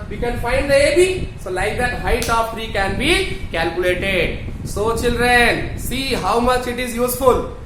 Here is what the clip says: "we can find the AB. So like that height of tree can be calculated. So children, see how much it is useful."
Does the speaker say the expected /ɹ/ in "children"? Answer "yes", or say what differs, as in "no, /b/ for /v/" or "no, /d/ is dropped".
yes